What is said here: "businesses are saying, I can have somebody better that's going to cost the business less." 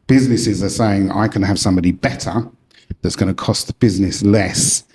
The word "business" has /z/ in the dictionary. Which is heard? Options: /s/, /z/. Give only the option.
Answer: /z/